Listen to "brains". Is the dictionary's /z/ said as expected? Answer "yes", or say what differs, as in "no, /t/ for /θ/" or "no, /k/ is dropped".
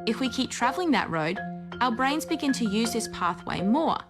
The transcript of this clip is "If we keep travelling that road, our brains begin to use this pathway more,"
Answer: yes